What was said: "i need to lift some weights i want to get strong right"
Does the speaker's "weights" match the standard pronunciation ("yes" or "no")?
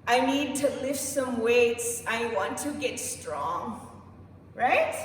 yes